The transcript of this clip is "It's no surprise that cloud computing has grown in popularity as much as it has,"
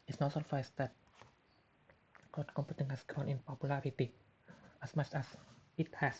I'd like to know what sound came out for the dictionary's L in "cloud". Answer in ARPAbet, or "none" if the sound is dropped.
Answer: none